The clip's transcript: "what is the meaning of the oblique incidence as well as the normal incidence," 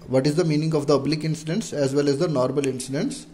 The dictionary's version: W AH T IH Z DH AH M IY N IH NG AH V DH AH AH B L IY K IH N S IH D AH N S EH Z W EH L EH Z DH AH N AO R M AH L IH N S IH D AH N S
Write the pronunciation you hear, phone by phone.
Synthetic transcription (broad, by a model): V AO T IH Z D AH M IY N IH NG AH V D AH AH B L IY K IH N S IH D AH N S EH Z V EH L EH Z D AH N AO R M AH L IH N S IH D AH N S